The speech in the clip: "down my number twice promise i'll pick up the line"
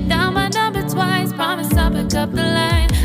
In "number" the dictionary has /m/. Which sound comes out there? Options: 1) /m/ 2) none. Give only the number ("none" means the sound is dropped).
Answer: 2